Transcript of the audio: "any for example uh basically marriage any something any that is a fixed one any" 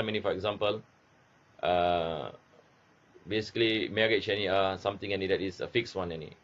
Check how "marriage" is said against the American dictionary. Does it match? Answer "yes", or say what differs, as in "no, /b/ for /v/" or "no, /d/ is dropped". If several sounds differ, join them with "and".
no, /tʃ/ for /dʒ/